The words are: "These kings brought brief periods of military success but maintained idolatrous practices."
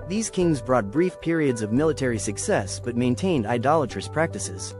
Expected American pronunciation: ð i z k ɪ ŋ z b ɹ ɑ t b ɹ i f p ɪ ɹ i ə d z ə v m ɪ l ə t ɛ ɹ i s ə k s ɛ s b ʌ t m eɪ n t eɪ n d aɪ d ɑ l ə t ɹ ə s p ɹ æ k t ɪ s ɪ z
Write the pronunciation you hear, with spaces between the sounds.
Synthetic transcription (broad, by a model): ð i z k ɪ ŋ z b ɹ ɑ t b ɹ i f p ɪ ɹ i ə d z ə v m ɪ l ə t ɛ ɹ i s ə k s ɛ s b ʌ t m eɪ n t eɪ n d aɪ d ɑ l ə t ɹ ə s p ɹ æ k t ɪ s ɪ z